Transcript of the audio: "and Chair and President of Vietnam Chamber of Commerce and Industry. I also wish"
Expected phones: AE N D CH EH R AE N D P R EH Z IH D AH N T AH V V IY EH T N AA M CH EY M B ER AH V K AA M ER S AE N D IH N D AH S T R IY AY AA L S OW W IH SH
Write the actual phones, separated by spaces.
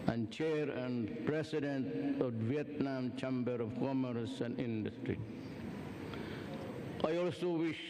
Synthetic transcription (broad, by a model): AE N D CH EH R AE N D P R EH S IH D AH N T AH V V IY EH T N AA M CH EY M B ER AH V K AA M ER S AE N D IH N D AH S T R IY AY AA L S OW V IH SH